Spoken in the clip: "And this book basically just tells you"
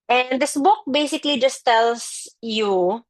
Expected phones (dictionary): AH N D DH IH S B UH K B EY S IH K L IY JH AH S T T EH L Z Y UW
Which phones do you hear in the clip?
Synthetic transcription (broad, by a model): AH N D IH S B UH K B EY S IH K L IY JH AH S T T EH L S Y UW